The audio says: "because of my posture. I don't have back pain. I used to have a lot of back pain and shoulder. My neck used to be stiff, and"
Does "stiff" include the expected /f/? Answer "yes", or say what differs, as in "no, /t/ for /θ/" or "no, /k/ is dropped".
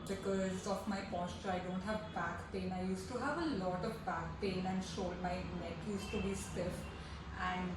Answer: yes